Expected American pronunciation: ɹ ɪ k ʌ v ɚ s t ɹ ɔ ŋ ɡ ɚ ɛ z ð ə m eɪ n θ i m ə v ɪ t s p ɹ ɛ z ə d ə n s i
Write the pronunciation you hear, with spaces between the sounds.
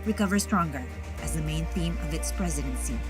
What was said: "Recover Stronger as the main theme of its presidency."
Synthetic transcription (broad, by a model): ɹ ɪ k ʌ v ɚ s t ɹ ɔ ŋ ɡ ɚ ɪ z ð ə m eɪ n θ i m ə v ɪ t s p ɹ ɛ z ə d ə n s i